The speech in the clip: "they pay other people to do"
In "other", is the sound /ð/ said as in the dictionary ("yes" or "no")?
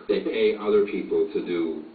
yes